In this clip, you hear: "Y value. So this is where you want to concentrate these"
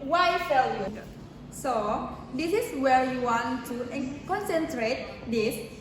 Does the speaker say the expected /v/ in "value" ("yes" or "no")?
no